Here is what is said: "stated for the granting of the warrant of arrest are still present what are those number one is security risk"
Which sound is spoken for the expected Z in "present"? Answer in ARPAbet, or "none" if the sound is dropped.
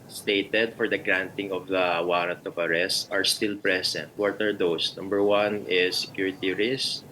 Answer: S